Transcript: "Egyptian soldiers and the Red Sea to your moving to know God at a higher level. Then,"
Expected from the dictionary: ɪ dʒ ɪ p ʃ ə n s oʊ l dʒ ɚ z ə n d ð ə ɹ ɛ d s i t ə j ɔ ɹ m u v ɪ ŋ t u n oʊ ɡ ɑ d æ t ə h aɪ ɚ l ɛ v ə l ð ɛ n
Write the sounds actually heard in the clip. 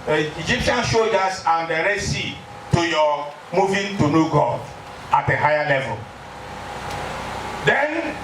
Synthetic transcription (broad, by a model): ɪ dʒ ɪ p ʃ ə n ʃ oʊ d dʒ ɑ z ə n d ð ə ɹ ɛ s i t ə j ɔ m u v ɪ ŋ t u n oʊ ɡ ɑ ɑ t ə h aɪ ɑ l ɛ v ə l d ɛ n